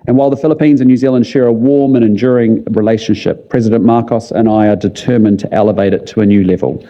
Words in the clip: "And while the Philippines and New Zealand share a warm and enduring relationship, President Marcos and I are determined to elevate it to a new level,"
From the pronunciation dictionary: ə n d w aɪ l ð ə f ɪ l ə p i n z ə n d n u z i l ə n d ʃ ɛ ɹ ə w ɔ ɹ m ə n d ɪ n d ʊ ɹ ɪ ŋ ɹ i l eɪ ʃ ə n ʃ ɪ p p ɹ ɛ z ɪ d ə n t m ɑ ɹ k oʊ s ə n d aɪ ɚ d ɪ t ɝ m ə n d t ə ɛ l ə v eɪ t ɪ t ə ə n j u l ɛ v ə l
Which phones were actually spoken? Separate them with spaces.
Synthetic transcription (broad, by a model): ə n w aɪ l ð ə f ɪ l ə p i n z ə n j u z i l ə n d ʃ ɛ ɹ ə w ɔ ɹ m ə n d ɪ n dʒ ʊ ɹ ɪ ŋ ɹ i l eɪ ʃ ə n ʃ ɪ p p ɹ ɛ z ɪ d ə n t m ɑ ɹ k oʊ s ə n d aɪ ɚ d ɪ t ɝ m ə n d t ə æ l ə v eɪ t ɪ t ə ə n j u l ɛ v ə l